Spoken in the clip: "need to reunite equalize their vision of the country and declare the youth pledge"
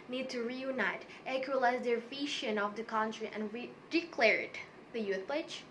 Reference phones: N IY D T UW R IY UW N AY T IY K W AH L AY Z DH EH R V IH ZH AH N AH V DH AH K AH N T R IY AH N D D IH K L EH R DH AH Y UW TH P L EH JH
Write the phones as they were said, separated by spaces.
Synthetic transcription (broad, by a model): N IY D T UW R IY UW N AY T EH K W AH L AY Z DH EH R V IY SH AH N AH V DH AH K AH N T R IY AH N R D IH K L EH R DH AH Y UW TH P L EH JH